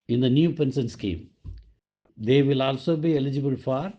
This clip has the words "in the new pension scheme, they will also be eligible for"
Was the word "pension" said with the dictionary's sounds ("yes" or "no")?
no